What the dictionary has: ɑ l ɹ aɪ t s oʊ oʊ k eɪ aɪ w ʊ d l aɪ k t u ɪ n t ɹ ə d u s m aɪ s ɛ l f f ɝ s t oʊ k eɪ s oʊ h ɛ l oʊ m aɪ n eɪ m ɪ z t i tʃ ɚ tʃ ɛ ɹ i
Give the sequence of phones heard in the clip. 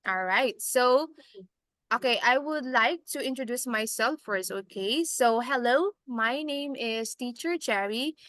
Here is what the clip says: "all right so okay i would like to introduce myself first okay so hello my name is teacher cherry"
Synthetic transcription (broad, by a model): ɑ l ɹ aɪ t s oʊ oʊ k eɪ aɪ w ʊ d l aɪ k t u ɪ n t ɹ ə d u s m aɪ s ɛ l f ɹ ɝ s oʊ k eɪ s oʊ h ɛ l oʊ m aɪ n eɪ m ɪ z t i tʃ ɚ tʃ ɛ ɹ i